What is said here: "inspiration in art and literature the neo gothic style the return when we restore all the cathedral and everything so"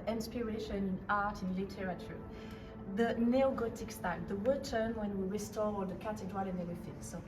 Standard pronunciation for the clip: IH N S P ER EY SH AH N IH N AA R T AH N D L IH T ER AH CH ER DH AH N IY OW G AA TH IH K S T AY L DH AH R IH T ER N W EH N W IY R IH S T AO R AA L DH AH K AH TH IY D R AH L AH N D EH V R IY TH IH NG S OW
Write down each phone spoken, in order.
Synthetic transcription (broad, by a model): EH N S P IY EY SH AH N IH N AA R T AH N L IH T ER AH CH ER DH AH N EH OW G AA T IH K S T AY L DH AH W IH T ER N W EH N W IY R IH S T AO R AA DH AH K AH T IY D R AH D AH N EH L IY F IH S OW